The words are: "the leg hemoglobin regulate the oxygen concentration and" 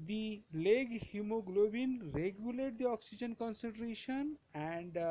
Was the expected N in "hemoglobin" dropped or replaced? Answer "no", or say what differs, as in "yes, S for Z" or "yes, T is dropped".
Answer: no